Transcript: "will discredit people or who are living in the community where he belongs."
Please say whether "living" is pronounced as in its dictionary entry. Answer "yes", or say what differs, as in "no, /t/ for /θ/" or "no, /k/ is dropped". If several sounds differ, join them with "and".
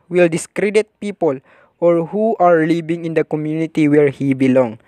no, /b/ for /v/